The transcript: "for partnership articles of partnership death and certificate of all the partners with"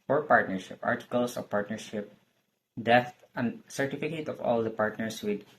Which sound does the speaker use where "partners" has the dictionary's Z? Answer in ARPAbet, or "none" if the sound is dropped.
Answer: S